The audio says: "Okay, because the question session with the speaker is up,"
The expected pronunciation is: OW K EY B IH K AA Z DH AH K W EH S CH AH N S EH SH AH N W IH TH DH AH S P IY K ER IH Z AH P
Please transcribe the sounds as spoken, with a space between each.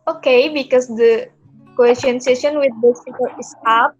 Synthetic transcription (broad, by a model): OW K EY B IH K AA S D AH K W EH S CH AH N S EH SH AH N W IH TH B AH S IY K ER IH S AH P